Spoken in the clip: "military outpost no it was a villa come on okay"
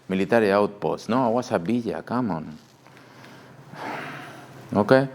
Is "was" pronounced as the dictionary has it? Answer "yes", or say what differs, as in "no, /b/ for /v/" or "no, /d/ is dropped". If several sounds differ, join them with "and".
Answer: no, /s/ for /z/